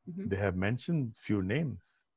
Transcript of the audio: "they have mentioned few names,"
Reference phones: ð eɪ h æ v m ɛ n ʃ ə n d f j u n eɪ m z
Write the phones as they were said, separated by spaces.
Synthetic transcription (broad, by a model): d eɪ h æ v m ɛ n ʃ ə n d f j u n eɪ m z